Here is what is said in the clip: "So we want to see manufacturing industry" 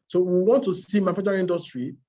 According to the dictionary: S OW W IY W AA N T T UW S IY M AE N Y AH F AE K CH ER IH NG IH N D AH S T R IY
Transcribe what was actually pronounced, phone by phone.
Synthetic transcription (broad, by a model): S OW W IY W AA N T T UW S IY M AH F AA CH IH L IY N D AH S T R IY